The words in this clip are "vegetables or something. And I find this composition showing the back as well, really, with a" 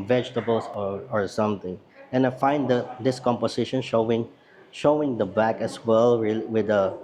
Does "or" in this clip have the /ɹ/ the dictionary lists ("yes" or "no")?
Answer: yes